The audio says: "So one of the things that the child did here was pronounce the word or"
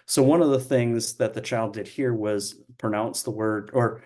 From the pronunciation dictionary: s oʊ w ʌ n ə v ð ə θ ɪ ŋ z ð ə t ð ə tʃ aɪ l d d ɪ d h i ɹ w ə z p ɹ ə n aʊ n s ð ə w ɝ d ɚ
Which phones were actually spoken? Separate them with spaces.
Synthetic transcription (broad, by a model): s oʊ w ʌ n ə v ð ə θ ɪ ŋ z ð ə t ð ə tʃ aɪ l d d ɪ d h i ɹ w ə z p ɹ ə n aʊ n s ð ə w ɝ d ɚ